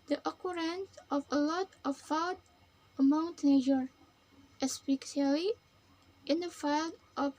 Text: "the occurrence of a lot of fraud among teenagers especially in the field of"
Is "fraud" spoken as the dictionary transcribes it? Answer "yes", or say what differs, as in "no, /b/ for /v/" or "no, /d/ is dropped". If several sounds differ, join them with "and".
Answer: no, /ɹ/ is dropped